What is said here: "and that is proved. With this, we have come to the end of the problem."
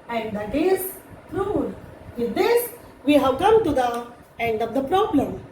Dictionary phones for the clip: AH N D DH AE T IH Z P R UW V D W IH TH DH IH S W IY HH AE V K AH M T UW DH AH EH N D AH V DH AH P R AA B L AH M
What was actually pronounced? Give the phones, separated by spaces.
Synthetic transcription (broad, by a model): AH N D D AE T IH Z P R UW D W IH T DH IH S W IY HH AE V K AH M T UW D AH EH N D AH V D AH P R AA B L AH M